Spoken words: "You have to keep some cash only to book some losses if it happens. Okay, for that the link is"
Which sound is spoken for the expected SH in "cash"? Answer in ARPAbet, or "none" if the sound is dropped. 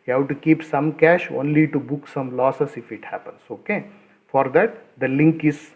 SH